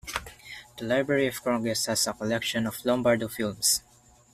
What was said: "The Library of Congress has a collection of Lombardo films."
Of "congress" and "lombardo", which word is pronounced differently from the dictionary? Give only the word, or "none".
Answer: congress